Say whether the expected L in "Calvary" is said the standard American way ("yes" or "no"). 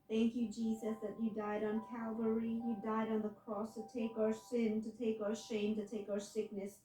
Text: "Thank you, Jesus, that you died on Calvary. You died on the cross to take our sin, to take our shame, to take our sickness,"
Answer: yes